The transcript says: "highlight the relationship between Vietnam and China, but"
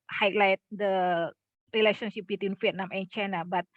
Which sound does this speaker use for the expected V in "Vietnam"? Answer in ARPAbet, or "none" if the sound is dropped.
F